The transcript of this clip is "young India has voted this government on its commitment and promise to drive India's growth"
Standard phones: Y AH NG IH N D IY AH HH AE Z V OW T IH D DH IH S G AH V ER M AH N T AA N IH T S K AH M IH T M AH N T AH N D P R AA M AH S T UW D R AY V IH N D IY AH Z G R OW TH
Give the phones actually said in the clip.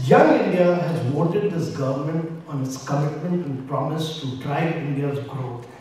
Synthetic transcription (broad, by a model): Y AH NG IH N D IY AH HH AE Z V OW T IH D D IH S G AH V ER M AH N T AA N IH T S K AH M IH T M AH N T AH N D P R AA M AH S T UW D R AY IH N D IY AH Z G R OW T